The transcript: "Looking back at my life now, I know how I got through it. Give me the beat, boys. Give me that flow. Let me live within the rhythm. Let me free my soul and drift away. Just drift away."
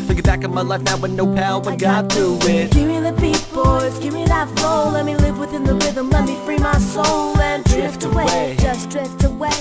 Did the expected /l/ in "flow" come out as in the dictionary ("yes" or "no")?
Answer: no